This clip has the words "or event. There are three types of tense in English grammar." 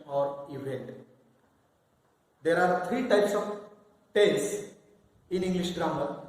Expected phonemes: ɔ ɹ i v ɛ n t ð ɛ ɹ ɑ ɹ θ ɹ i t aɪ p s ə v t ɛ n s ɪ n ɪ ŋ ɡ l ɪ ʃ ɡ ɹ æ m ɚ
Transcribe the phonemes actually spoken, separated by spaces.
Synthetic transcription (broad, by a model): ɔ ɹ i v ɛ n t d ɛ ɹ ɑ ɹ t ɹ i t aɪ p s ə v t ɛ s ɪ n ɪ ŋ ɡ l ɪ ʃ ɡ ɹ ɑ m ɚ